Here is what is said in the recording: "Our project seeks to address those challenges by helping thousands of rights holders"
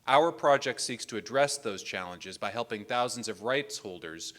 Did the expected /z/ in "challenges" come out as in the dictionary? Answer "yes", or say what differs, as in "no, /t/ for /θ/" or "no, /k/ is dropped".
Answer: yes